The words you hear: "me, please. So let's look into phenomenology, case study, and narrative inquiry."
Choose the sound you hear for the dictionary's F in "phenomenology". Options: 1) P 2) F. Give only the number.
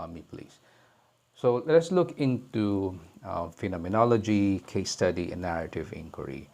2